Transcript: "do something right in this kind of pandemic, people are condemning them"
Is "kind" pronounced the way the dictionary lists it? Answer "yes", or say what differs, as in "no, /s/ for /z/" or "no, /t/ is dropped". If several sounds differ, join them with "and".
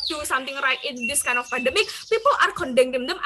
no, /d/ is dropped